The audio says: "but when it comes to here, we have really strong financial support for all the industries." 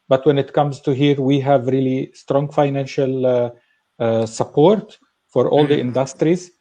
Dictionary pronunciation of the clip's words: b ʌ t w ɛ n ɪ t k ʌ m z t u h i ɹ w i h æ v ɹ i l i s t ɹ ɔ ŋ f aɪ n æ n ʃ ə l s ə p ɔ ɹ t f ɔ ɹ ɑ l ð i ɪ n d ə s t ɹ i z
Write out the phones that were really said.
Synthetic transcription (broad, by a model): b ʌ t w ɛ n ɪ t k ʌ m z t u h i ɹ w i h æ v ɹ i l i s t ɹ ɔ ŋ f aɪ n æ n ʃ ə l s ə p ɔ ɹ t f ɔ ɹ ɑ l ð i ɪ n d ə s t ɹ i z